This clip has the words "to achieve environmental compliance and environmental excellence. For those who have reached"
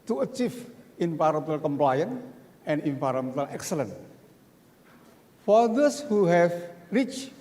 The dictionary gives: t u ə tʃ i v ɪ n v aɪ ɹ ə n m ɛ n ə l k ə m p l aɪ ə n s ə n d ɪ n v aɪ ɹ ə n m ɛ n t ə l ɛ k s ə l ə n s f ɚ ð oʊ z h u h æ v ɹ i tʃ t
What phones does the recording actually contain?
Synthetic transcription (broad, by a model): t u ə tʃ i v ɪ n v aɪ ɹ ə m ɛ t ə l k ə m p l aɪ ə n ə n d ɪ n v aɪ ɹ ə m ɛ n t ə l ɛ k s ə l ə n f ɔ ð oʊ s h u h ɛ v ɹ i tʃ